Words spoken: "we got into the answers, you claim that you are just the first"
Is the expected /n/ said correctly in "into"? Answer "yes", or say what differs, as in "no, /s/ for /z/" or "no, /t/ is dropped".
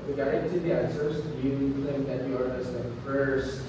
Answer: no, /n/ is dropped